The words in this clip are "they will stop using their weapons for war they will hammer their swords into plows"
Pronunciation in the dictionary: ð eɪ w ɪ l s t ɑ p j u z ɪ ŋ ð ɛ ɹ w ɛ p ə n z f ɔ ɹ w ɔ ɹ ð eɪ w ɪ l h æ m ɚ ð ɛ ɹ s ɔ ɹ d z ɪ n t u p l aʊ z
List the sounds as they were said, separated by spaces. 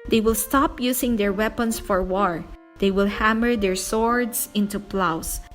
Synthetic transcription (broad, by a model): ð eɪ w ɪ l s t ɑ p j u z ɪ ŋ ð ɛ ɹ w ɛ p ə n s f ɔ ɹ w ɔ ɹ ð eɪ w ɪ l h æ m ɚ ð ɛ ɹ s ɔ ɹ d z ɪ n t u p l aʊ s